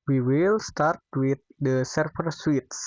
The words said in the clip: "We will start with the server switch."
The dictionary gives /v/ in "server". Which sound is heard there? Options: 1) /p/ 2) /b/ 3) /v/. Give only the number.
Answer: 1